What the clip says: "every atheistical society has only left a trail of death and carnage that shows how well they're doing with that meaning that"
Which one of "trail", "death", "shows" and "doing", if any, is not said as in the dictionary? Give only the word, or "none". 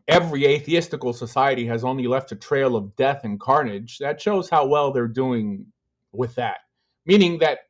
none